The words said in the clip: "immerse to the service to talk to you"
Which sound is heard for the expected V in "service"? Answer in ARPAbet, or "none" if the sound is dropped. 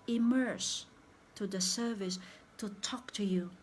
V